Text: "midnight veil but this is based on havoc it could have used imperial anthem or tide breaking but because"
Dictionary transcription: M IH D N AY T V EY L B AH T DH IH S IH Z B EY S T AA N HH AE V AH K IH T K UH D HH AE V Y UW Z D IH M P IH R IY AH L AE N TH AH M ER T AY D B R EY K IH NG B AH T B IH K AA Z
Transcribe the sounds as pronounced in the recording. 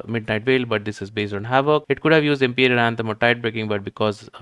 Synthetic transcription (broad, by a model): M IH D N AY T V EY L B AH T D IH S IH Z B EY S T AA N HH AE V AH K IH T K UH D HH AE V Y UW Z D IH M P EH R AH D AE N T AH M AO T AY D B R EY K IH NG B AH T B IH K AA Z